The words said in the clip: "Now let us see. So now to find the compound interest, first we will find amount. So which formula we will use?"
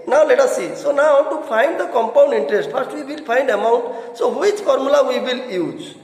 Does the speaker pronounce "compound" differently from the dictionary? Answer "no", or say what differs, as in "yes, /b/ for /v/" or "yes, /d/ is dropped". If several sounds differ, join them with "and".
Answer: no